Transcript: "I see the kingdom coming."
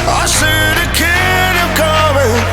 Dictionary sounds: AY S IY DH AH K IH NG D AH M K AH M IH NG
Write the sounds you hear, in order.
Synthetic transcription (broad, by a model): AY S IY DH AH K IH D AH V K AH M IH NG